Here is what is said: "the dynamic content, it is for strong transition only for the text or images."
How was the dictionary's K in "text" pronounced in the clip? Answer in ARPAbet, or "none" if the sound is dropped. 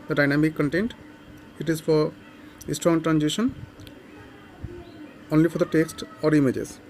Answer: K